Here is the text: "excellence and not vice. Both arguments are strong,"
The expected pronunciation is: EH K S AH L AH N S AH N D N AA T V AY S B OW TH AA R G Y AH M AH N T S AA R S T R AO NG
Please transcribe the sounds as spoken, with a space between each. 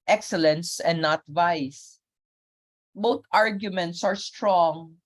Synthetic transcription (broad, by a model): EH K S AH L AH N S AH N D N AA T V AY S B OW T AA R G Y AH M AH N T S AA R S T R AO NG